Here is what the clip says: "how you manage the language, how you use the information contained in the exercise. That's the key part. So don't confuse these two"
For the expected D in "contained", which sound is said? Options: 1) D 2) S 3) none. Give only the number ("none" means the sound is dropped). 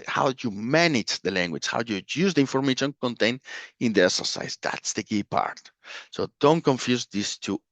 3